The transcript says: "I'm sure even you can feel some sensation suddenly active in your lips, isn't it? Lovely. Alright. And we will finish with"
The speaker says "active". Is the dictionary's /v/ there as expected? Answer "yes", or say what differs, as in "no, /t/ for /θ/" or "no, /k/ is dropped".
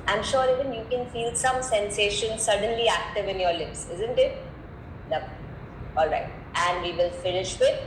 yes